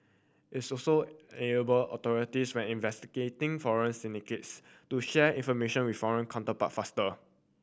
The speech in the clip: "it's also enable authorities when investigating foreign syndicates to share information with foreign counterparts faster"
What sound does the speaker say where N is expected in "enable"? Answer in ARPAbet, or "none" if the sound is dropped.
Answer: none